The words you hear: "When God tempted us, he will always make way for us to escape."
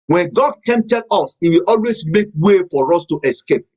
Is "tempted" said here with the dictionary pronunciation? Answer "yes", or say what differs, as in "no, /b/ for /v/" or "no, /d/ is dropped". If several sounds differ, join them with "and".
no, /p/ is dropped